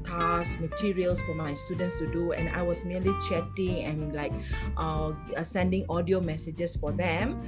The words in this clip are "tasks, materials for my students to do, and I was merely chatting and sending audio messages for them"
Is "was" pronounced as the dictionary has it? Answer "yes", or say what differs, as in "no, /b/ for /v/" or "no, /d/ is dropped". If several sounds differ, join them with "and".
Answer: no, /s/ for /z/